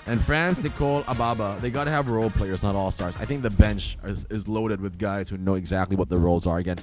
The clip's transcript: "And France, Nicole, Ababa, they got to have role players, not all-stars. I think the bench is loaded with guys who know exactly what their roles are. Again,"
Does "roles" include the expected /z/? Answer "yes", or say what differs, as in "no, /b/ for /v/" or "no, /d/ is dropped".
yes